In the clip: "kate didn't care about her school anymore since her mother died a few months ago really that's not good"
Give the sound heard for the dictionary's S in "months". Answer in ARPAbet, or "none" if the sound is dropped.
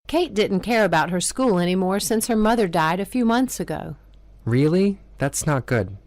S